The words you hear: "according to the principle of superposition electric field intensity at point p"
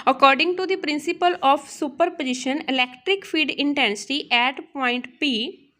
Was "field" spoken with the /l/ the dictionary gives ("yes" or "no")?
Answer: no